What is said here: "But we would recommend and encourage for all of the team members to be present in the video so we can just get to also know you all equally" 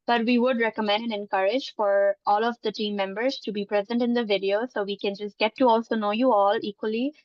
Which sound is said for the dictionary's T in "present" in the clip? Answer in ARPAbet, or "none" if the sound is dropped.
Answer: T